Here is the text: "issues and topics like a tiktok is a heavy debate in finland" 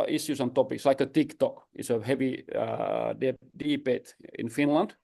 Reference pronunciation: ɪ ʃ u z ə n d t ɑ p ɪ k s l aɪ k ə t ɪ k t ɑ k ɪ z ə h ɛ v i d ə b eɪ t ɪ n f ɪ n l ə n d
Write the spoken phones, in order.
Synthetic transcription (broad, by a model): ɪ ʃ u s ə n t ɑ p ɪ k s l aɪ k ə t ɪ k t ɑ k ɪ s ə h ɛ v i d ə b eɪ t ɪ n f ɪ n l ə n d